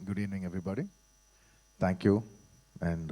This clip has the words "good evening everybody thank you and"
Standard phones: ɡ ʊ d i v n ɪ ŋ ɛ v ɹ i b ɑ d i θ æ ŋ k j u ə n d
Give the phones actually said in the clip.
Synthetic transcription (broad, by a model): ɡ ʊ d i n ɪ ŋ ɛ v ɹ i b ɑ d i t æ ŋ k j u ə n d